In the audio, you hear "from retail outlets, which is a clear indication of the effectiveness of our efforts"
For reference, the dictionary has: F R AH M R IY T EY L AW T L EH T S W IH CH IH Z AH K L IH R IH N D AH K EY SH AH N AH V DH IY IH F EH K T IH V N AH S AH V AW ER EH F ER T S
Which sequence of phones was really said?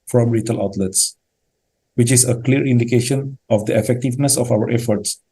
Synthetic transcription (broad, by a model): F R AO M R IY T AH L AW T L EH T S W IH CH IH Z AH K L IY R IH N D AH K EY SH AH N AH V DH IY IH F EH K T IH V N AH S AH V AW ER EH F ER T S